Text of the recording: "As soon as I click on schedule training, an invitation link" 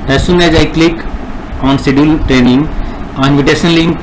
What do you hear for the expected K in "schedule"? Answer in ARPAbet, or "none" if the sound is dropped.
none